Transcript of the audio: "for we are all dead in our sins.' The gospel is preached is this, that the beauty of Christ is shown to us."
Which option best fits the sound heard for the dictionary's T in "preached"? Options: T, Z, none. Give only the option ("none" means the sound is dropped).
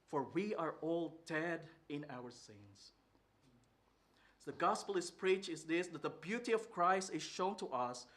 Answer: none